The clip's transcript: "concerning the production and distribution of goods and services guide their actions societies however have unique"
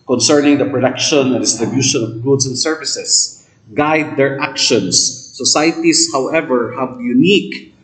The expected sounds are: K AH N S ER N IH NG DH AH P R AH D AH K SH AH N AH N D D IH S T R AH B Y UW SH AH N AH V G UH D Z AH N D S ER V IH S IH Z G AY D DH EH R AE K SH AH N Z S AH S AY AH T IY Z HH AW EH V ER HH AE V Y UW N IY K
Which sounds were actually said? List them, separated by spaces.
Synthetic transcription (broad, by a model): K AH N S ER N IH NG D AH P R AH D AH K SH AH N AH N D D IH S T R AH B Y UW SH AH N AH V G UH D S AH N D S ER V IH S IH S G AY D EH R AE K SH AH N S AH S AY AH T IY S HH AW EH V ER HH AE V Y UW N IY K